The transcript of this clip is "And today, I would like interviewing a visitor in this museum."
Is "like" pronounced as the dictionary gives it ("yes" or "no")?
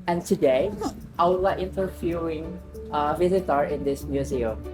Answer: no